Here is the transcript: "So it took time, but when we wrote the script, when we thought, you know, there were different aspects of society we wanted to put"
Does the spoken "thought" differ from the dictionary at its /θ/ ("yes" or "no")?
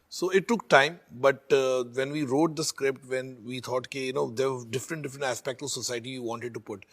yes